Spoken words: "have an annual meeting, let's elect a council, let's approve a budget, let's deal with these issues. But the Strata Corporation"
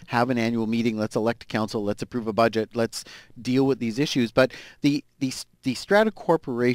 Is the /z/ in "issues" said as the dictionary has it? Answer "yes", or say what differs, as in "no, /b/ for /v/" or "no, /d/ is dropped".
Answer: yes